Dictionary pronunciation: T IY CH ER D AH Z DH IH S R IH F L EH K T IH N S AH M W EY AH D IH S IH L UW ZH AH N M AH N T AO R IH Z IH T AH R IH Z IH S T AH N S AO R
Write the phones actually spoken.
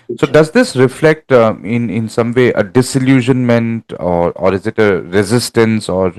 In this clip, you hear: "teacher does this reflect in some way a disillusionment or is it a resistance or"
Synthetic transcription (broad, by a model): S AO D AH Z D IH S R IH F L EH K T IH N S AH M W EY AH D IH S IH L UW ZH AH N M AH N T AO R IH Z IH T AH R IH Z IH S T AH N S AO R